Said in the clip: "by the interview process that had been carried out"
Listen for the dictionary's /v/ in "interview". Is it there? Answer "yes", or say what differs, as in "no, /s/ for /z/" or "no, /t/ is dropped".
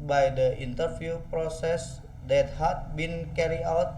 no, /f/ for /v/